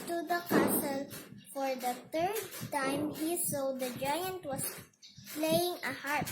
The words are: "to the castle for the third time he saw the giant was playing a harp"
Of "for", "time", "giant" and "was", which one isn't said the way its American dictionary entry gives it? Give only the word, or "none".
was